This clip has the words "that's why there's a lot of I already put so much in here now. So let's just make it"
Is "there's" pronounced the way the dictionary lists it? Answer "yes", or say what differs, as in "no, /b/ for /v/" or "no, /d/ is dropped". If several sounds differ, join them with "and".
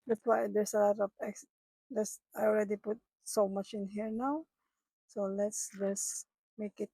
no, /s/ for /z/